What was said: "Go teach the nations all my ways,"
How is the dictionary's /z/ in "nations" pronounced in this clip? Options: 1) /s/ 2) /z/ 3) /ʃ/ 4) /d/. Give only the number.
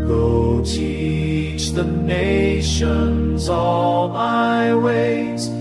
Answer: 2